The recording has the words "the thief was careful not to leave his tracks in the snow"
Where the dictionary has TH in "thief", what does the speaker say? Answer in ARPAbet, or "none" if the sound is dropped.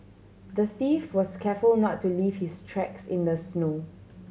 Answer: TH